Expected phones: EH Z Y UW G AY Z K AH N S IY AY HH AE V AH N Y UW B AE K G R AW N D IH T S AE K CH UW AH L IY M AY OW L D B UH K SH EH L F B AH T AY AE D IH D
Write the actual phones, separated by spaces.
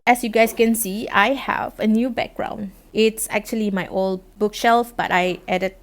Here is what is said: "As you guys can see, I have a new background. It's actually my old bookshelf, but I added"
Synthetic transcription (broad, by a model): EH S Y UW G AY S K AH N S IY AY HH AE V AH N Y UW B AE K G R AW N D IH T S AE K CH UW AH L IY M AY OW L D B UH K SH EH L F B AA T AY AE D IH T